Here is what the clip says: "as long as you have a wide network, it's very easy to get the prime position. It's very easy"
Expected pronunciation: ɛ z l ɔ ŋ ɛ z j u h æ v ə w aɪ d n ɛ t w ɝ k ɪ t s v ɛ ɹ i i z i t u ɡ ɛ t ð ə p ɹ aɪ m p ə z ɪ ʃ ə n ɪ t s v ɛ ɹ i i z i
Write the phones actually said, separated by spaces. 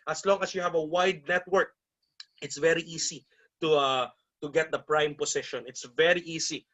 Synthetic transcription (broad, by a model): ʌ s l ɔ ŋ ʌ s j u h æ v ə w aɪ d n ɛ t w ɝ k ɪ t s v ɛ ɹ i i s i t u ɡ ɛ t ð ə p ɹ aɪ m p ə s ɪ ʃ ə n ɪ t s v ɛ ɹ i i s i